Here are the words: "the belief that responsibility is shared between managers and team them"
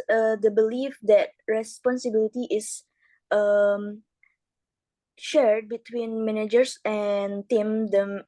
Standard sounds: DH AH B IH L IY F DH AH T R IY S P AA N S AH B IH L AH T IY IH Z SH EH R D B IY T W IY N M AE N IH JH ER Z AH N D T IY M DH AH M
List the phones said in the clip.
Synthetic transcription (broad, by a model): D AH B IH L IY F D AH T R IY S P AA N S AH B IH L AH T IY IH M SH EH R D B IY T W IY N M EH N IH JH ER S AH N T IY M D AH M